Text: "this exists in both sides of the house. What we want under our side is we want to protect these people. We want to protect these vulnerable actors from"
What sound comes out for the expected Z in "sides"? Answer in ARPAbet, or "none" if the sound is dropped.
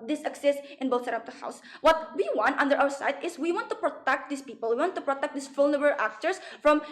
none